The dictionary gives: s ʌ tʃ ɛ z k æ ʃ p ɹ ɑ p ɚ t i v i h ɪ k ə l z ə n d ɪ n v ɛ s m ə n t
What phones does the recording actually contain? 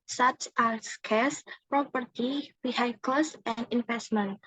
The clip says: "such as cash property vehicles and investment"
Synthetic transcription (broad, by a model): s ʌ tʃ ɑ s k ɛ s p ɹ ɑ p ɚ t i b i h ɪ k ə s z ə n d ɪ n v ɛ s m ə n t